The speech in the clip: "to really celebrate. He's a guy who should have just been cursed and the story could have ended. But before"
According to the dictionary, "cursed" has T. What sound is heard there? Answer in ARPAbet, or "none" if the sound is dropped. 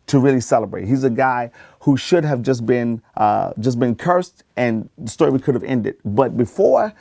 T